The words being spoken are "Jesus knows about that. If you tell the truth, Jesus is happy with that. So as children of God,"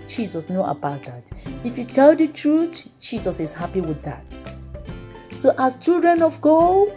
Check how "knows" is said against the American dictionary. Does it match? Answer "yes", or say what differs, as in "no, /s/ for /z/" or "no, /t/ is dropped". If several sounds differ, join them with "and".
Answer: no, /z/ is dropped